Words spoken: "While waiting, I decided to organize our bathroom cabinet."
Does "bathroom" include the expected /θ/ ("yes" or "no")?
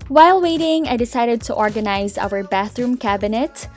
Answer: yes